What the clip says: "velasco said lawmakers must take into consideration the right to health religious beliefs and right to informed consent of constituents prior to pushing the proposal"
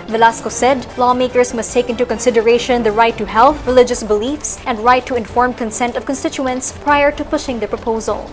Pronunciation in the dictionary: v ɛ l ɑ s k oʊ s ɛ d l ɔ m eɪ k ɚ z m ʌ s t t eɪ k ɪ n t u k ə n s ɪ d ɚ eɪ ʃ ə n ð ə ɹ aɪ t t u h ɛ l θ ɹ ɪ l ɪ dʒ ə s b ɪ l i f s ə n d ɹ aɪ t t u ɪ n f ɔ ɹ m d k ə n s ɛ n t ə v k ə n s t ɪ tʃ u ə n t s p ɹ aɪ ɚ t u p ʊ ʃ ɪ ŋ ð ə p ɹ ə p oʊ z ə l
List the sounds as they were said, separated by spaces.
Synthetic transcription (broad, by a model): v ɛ l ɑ s k oʊ s ɛ d l ɔ m eɪ k ɚ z m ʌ s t t eɪ k ɪ n t u k ə n s ɪ d ɚ eɪ ʃ ə n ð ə ɹ aɪ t t u h ɛ l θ ɹ ɪ l ɪ dʒ ə s b ɪ l i f s ə n d ɹ aɪ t t u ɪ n f ɔ ɹ m k ə n s ɛ n t ə v k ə n s t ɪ tʃ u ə n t s p ɹ aɪ ɚ t u p ʊ ʃ ɪ ŋ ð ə p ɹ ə p oʊ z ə l